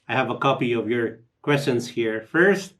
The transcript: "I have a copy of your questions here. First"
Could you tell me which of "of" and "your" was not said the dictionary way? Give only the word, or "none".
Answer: none